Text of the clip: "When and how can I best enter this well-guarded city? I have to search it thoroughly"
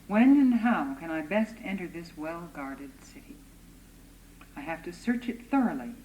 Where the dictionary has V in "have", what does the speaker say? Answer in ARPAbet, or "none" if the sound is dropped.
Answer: F